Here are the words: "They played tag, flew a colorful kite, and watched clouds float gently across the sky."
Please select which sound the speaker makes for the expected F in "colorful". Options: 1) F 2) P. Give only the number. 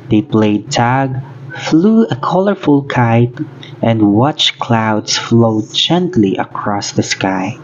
1